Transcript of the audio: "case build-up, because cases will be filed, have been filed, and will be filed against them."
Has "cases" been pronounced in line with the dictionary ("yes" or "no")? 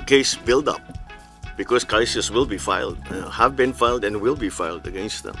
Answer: no